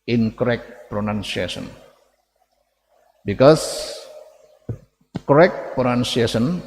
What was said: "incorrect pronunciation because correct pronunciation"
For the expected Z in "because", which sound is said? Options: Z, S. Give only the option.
S